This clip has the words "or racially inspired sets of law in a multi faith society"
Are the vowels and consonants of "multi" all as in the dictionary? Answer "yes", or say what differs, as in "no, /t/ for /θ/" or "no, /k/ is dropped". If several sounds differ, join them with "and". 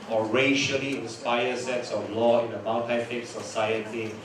no, /n/ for /l/